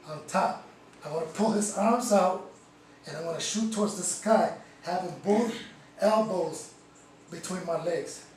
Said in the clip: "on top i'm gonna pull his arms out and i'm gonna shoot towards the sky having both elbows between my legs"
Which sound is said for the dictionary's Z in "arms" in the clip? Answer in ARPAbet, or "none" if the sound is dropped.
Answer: Z